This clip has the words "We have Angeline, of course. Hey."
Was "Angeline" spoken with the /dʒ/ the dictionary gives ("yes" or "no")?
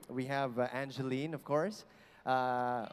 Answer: yes